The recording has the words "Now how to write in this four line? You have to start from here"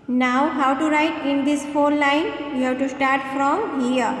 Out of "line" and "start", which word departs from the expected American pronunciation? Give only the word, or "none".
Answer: none